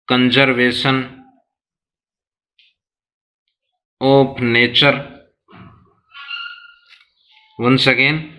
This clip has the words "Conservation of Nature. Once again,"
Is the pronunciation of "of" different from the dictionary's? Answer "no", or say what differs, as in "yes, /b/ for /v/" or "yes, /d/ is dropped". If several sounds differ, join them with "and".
yes, /p/ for /v/